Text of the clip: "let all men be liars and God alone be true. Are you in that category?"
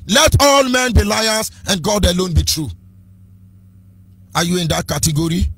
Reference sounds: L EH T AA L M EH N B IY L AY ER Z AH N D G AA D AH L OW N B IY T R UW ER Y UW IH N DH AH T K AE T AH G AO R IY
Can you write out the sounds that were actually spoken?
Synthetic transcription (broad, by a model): L EH T AA L M EH N B IY L AY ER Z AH N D G AA D AH L OW N B IY T R UW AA Y UW IH N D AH T K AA T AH G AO R IY